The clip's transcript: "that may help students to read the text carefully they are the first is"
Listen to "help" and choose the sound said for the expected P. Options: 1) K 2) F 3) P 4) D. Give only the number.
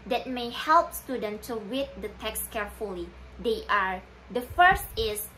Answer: 3